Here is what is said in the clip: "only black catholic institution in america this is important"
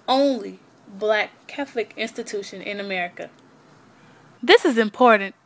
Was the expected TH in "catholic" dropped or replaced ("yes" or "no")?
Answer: no